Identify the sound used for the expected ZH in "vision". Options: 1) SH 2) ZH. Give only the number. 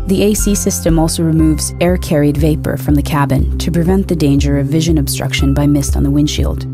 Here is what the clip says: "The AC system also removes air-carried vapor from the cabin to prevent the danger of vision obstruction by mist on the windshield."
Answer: 2